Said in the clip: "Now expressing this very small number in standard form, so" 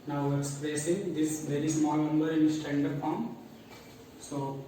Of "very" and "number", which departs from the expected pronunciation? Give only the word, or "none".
none